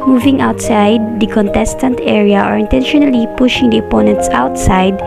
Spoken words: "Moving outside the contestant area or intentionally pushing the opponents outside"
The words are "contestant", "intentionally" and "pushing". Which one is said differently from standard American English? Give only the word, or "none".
none